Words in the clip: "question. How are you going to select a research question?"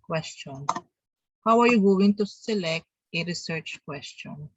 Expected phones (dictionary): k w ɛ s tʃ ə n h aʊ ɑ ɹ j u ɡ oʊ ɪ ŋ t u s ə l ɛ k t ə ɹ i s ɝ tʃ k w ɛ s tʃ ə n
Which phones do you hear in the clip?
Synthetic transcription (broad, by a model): k w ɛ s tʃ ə n h aʊ ɑ ɹ j u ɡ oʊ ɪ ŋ t u s ə l ɛ k t ə ɹ i s ɝ tʃ k w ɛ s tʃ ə n